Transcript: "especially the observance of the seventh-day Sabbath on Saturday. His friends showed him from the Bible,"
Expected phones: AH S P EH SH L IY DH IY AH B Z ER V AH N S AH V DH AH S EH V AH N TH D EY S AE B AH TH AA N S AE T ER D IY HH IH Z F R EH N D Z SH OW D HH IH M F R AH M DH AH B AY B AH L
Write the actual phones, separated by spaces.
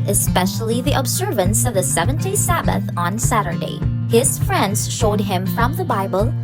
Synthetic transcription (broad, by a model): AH S P EH SH L IY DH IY AH B Z ER V AH N S AH V DH AH S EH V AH N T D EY S AE B AH TH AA N S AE T ER D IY HH IH Z F R EH N D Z SH OW D HH IH M F R AH M DH AH B AY B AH L